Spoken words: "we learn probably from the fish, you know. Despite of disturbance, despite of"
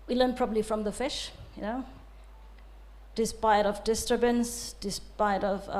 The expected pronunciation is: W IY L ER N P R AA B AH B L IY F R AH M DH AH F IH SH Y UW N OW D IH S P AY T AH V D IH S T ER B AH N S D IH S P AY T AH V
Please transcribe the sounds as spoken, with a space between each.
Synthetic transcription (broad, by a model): W IY L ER N P R AA B AH B L IY F R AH M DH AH F IH SH Y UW N OW D IH S P AY T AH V D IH S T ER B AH N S D IH S P AY T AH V